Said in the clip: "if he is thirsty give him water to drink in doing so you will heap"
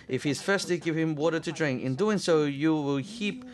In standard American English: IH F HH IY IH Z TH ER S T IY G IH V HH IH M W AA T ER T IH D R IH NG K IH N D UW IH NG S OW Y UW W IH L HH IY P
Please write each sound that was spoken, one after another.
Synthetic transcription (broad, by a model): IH F HH IY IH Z F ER S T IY G IH V HH IH M W AA T ER T IH D R IH NG K IH N D UW IH NG S OW Y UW W IH L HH IY P